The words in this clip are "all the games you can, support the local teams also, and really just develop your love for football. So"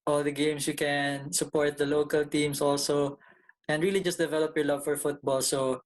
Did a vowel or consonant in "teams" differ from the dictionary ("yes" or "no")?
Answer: yes